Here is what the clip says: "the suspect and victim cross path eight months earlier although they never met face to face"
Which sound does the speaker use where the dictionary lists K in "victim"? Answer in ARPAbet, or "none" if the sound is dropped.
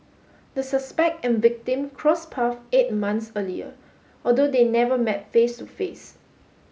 K